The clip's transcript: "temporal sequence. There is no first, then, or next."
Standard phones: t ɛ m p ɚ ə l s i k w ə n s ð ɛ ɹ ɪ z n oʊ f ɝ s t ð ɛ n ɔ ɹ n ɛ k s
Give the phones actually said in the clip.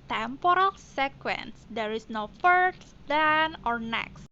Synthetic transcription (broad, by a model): t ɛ m p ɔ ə l s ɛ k w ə n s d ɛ ɹ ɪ s n oʊ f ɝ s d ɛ n ɔ ɹ n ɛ k s